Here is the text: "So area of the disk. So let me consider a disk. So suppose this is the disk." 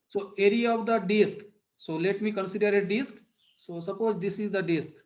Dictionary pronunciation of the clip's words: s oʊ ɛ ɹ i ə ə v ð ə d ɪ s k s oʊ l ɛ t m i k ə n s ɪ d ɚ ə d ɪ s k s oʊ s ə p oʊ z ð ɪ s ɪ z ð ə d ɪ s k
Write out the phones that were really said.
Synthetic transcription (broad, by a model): s oʊ ɛ ɹ i ə ə v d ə d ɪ s k s oʊ l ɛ t m i k ə n s ɪ d ɚ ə d ɪ s k s oʊ s ə p oʊ z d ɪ s ɪ z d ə d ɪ s k